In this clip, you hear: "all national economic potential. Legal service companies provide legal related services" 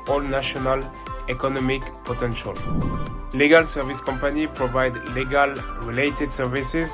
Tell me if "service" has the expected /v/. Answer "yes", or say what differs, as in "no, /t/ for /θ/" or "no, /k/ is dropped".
yes